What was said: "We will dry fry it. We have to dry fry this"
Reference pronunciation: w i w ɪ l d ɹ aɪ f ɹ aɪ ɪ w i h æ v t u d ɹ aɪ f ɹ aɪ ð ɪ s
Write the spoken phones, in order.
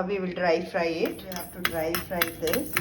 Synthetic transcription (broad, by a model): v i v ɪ l d ɹ aɪ f ɹ aɪ ɪ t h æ f t u d ɹ aɪ f ɹ aɪ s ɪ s